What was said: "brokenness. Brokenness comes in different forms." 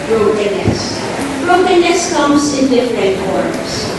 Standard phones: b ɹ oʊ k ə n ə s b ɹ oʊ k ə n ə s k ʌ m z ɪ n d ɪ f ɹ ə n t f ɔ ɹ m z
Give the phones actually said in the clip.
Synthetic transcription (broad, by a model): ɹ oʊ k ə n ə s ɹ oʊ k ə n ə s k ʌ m s ɪ n d ɪ f ɹ ə n t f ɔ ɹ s